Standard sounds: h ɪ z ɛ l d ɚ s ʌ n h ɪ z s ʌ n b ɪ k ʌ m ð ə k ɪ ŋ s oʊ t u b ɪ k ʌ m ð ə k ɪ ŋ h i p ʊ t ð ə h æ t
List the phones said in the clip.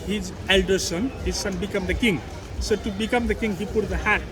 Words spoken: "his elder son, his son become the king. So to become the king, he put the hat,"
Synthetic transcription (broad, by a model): h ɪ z ɛ l d ɚ s ʌ n h ɪ z s ʌ n b ɪ k ʌ m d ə k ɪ ŋ s oʊ t u b ɪ k ʌ m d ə k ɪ ŋ h i p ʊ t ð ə h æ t